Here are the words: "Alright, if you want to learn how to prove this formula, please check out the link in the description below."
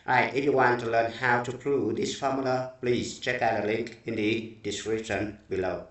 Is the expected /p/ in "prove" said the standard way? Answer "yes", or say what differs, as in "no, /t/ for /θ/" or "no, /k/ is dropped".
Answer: yes